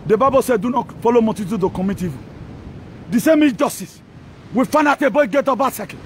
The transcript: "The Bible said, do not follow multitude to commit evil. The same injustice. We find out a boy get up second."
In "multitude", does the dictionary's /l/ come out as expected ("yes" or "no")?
no